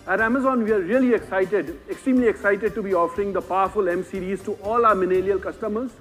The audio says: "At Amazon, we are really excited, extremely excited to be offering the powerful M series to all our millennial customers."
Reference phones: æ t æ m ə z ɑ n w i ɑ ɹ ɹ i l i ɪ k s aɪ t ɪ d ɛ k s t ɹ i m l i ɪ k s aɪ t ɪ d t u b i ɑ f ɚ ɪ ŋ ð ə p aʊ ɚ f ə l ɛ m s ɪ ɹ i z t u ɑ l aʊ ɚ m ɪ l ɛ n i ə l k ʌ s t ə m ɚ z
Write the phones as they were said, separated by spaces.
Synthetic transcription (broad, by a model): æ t æ m ə z ɑ n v i ɑ ɹ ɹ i l i ɪ k s aɪ t ɪ d ɛ k s t ɹ i m l i ɪ k s aɪ t ɪ d t u b i ɑ f ɚ ɪ ŋ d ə p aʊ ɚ f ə l ɛ m s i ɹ i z t u ɑ l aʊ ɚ m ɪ n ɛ l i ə l k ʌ s t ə m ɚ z